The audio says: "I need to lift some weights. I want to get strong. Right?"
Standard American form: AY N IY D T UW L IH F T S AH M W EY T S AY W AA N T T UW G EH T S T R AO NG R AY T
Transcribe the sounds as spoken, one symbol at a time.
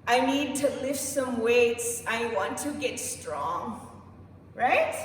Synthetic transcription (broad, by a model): AY N IY D T UW L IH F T S AH M W EY T S AY W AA N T T UW G EH T S T R AO NG R AY T